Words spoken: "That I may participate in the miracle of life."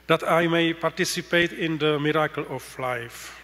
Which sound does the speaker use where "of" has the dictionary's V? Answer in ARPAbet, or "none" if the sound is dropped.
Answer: F